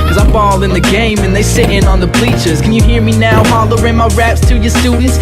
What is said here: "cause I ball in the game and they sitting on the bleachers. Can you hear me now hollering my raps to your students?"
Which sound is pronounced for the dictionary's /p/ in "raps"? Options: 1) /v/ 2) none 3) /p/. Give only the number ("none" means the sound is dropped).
3